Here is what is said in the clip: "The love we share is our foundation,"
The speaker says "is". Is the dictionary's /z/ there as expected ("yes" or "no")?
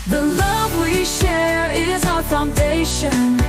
yes